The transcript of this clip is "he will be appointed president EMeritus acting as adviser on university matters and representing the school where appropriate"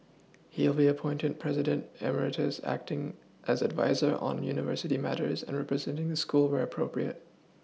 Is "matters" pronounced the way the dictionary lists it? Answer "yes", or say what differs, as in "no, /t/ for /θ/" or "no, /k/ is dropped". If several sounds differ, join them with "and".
yes